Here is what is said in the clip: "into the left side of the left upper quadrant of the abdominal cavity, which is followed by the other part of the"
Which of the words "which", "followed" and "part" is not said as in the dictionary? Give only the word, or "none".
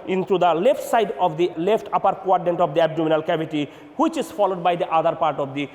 none